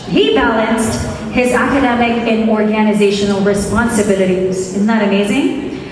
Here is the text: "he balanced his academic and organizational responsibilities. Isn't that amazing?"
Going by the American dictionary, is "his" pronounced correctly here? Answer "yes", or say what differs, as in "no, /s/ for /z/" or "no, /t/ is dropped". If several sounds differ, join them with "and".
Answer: yes